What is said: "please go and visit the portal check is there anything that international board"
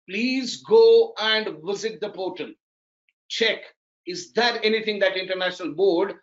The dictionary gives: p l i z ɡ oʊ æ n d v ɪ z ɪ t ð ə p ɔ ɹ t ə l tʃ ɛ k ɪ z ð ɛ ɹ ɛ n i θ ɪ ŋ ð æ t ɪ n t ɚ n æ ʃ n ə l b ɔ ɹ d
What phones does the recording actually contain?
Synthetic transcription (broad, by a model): p l i z ɡ oʊ æ n d v ɪ z ɪ t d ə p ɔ t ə n tʃ ɛ k ɪ z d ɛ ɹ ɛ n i t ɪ ŋ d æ t ɪ n t ɚ n æ ʃ n ə l b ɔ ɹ d